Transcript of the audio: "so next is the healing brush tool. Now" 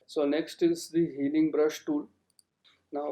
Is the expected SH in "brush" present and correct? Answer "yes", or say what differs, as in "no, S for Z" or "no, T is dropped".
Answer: yes